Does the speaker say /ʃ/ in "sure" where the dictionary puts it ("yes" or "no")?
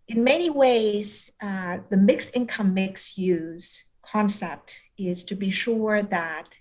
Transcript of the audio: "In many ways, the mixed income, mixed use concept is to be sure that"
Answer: yes